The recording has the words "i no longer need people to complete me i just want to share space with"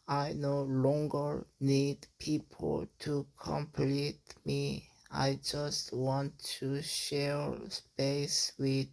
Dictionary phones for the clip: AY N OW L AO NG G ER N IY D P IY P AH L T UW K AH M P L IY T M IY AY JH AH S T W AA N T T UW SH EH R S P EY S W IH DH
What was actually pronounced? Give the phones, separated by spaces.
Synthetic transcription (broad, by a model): AY N OW L AO NG G ER N IY D P IY P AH L T UW K AH M P L IY T M IY AY JH AH S T W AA N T T UW SH EH R S P EY S W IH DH